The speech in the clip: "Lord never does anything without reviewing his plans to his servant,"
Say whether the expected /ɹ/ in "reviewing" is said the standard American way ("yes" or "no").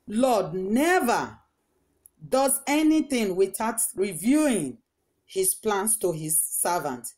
yes